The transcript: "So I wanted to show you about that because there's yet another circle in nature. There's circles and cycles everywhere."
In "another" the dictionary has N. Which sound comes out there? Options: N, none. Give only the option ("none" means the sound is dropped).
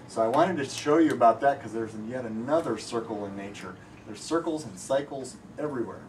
N